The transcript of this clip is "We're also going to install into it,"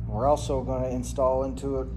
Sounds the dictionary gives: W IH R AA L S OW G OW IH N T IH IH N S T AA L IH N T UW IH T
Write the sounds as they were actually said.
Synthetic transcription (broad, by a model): W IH R AA L S OW G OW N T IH IH N S T AA L IH N T UW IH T